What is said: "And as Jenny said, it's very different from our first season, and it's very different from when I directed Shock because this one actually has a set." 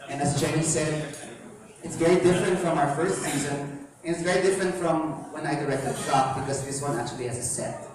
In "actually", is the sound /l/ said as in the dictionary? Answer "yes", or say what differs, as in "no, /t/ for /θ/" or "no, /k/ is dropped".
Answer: yes